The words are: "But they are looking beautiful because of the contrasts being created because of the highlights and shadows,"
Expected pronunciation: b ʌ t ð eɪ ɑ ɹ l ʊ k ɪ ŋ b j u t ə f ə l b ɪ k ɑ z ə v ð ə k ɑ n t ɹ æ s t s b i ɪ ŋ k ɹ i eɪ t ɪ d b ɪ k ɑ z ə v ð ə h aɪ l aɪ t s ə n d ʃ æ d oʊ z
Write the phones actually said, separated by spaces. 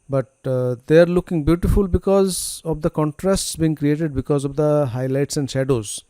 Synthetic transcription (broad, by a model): b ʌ t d eɪ ɑ ɹ l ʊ k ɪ ŋ b j u t ə f ə l b ɪ k ɑ z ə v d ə k ɑ n t ɹ æ s t s b i ɪ ŋ k ɹ i eɪ t ɪ d b ɪ k ɑ z ə v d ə h aɪ l aɪ t s ə n d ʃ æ d oʊ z